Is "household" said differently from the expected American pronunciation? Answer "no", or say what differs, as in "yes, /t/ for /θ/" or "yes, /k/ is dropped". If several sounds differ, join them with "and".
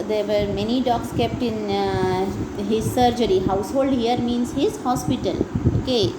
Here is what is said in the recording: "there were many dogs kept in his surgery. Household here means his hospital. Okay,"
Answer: no